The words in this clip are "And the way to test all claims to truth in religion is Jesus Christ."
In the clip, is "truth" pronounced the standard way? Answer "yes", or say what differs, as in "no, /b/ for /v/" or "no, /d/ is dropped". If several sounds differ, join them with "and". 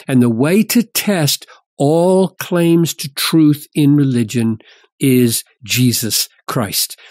yes